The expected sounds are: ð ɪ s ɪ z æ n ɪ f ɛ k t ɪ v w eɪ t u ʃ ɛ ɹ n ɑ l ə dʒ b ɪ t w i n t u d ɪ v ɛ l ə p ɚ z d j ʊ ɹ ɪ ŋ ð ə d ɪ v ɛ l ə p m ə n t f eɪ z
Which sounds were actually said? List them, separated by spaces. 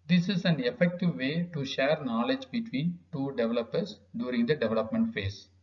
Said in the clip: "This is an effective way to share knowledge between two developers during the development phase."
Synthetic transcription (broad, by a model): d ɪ s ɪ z æ n ɪ f ɛ k t ɪ v eɪ t u ʃ ɛ ɹ n ɑ l ə dʒ b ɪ t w i n t u d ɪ v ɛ l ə p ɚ s d j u ɹ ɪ ŋ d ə d ɪ v ɛ l ə p m ə n t f eɪ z